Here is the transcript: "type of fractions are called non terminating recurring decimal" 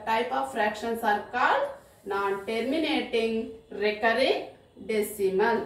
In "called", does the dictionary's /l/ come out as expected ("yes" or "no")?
no